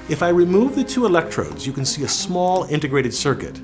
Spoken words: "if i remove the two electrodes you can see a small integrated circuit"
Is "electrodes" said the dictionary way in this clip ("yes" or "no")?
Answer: yes